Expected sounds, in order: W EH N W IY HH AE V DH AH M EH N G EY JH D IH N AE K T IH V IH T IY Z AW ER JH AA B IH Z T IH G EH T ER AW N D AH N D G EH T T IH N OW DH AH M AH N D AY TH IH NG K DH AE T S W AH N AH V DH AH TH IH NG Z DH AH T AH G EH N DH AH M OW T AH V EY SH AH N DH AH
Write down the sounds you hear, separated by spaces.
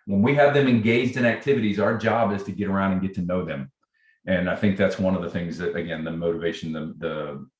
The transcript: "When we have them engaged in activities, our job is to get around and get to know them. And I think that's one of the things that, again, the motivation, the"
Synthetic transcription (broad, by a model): W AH N W IY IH V DH AH M EH N G EY JH D IH N AE K T IH V IH T IY Z AW ER JH AA B IH Z T IH G EH T ER AW N D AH N G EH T T IH N OW DH AH M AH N AY TH IH NG K DH AE T S W AH N AH V DH AH TH IH NG Z DH AH T AH G EH N DH AH M OW T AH V EY SH N DH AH